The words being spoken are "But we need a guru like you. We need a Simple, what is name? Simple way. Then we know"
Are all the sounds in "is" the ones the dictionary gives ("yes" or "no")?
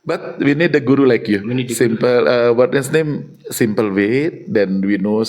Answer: no